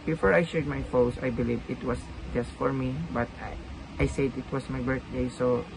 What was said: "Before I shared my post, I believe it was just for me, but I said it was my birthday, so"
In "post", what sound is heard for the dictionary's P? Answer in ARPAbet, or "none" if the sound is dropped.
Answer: F